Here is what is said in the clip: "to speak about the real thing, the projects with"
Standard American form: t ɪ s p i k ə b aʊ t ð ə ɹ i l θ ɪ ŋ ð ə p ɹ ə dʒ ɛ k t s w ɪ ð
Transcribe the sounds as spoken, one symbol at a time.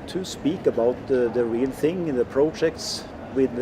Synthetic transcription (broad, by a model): t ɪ s p i k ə b aʊ t ð ə ɹ i l θ ɪ ŋ ð ə p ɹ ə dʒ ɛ k t s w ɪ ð